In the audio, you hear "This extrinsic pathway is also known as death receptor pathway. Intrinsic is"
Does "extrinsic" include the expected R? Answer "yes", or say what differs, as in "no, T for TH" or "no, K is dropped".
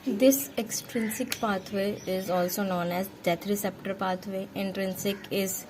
yes